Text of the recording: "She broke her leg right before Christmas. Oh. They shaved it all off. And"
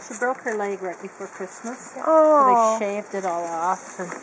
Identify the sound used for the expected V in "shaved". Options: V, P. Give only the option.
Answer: V